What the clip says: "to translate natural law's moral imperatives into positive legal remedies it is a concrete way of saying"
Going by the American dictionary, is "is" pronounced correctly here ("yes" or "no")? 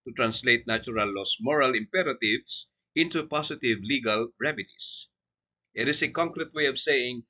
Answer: no